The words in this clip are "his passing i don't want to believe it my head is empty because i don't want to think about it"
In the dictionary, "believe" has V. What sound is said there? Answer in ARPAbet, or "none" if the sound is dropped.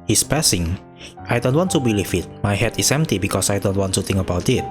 F